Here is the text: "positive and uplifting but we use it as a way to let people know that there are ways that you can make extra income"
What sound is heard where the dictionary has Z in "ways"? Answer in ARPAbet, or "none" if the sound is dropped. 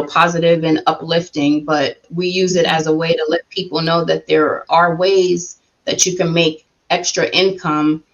Z